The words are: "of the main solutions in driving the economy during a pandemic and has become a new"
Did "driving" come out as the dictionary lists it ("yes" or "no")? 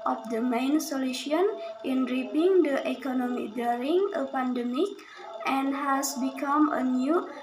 no